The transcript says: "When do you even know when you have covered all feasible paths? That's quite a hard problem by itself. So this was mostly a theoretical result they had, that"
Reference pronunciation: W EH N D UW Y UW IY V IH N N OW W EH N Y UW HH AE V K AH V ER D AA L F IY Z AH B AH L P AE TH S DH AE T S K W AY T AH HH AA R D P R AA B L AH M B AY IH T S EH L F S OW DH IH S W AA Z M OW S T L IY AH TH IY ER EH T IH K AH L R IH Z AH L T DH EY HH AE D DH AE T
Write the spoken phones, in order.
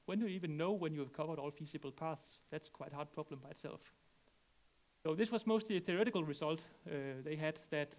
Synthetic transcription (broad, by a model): W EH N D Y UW IY V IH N N OW W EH N Y UW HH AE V K AH V ER D AA L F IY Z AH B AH L P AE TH S DH AE T S K W AY T HH AA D P R AA B L AH M B AY IH T S EH L F S OW DH IH S W AA Z M OW S T L IY AH TH IY ER EH T IH K AH L R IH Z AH L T DH EY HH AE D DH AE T